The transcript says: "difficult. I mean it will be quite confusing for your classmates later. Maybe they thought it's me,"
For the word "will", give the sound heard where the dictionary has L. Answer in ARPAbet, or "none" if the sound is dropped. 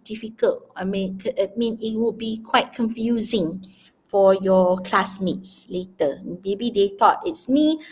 N